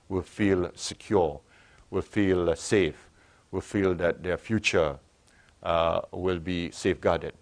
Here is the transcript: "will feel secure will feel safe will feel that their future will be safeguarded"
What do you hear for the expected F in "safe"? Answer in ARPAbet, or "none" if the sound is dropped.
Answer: F